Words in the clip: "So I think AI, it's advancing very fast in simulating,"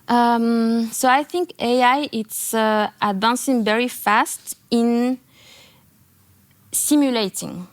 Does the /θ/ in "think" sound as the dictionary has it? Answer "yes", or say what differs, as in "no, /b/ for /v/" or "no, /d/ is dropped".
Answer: yes